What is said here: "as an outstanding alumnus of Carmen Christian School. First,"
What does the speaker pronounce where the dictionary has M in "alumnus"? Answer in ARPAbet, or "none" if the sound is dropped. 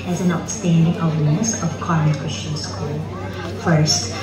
none